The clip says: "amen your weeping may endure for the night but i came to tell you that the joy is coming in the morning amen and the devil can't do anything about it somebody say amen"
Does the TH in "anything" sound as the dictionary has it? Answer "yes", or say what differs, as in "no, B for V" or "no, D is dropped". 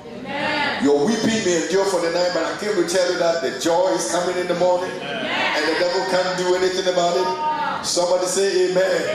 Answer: yes